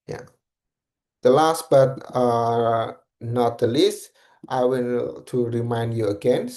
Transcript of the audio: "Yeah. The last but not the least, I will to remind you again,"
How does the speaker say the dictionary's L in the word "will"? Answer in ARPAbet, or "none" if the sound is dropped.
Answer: N